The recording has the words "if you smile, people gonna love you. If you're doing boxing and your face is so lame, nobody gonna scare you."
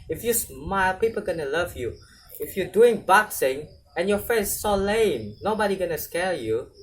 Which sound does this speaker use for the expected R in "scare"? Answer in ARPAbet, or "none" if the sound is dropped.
L